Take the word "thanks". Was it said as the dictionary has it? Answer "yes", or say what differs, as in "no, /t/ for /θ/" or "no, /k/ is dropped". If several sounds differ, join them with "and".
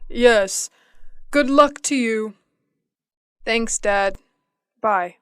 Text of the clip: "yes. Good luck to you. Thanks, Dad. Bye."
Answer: yes